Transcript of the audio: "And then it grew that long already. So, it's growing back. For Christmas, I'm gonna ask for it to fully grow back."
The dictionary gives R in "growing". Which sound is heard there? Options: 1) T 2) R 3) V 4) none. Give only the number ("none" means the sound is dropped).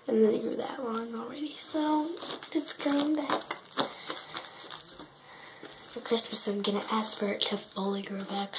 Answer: 4